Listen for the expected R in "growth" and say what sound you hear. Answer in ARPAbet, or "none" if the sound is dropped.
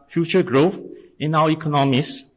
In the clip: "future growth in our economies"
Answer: R